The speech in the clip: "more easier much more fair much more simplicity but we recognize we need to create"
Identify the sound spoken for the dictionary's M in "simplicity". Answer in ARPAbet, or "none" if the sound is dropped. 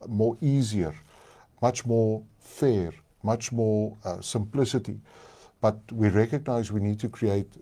M